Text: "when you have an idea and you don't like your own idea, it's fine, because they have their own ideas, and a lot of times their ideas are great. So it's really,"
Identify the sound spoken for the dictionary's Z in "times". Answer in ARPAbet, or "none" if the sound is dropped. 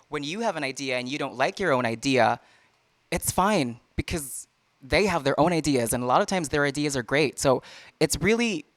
Z